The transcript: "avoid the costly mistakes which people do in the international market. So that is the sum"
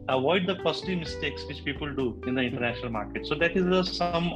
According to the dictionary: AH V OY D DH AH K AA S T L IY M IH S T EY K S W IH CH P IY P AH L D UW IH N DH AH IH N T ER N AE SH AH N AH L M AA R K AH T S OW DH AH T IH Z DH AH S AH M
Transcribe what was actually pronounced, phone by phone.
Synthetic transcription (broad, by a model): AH V OY D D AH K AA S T IY M IH S T EY K S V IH CH P IY P AH L D UW IH N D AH IH N T ER N AE SH AH N AH L M AA R K AH T S OW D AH T IH Z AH S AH M